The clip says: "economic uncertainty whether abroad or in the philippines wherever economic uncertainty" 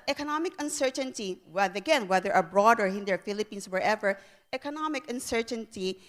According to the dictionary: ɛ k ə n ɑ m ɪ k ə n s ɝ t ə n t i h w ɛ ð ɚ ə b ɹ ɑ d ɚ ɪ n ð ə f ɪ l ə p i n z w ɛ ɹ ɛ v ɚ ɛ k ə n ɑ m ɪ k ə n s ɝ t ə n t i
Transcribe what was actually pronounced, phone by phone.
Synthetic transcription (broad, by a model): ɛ k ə n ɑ m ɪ k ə n s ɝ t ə n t i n w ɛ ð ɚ ə b ɹ ɑ d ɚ ɪ n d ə f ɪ l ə p i n s w ɛ ɹ ɛ v ɚ ɛ k ə n ɑ m ɪ k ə n s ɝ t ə n t i